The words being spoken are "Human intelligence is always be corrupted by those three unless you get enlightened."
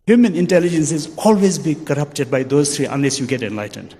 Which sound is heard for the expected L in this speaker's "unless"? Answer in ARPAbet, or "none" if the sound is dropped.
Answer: L